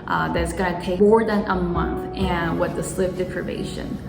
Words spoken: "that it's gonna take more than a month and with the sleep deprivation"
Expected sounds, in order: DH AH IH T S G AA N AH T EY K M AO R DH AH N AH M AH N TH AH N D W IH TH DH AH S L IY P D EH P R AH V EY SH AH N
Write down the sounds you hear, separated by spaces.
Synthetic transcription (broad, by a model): DH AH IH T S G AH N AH T EY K M AO R DH AH N AH M AH N TH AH N W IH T DH AH S L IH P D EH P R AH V EY SH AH N